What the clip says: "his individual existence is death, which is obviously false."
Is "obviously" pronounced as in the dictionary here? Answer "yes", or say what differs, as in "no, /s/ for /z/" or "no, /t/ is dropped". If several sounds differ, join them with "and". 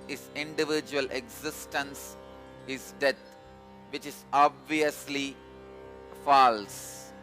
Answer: yes